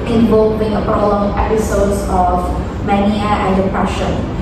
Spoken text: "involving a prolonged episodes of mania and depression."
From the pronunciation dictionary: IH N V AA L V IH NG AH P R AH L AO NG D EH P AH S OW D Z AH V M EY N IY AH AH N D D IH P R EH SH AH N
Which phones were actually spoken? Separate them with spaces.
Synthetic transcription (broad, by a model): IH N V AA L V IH NG AH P R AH L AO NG EH P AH S OW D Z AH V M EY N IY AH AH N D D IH P R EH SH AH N